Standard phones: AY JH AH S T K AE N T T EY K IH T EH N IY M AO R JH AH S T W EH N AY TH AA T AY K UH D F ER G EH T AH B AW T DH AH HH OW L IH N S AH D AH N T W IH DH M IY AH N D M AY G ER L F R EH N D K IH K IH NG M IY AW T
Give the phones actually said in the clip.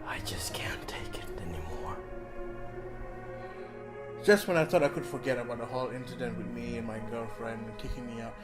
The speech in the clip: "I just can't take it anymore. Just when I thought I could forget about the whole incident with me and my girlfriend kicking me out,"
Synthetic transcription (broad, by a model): AY JH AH S K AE N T T EY K IH T EH N IY M AO R JH AH S T W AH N AY TH AA T AY K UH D F ER G EH T AH B AW T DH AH HH OW L IH N S AH D AH N T W IH DH M IY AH N M AY G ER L F R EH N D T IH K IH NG M IY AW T